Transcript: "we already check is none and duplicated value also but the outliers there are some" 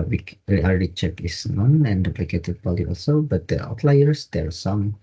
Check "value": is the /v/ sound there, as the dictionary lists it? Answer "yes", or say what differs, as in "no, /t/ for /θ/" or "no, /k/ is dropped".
no, /b/ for /v/